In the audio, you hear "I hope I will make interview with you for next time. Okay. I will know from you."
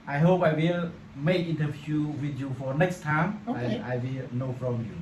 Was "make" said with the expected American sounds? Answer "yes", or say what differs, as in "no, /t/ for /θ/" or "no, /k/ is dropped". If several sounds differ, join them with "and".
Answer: yes